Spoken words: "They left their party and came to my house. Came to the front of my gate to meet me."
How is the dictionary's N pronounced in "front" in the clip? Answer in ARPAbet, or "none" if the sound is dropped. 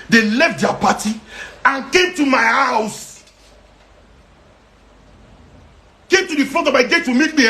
none